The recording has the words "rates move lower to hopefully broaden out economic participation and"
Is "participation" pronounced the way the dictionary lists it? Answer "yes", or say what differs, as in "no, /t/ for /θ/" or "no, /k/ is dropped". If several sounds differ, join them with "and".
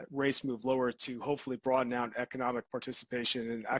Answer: yes